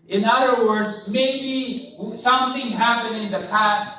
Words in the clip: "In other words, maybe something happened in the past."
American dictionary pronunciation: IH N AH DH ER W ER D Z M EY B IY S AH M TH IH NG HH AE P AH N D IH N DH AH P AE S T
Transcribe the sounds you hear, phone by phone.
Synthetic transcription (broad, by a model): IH N AH DH ER W ER D Z M EY B IY S AH M TH IH NG HH AE P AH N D IH N DH AH P AE S T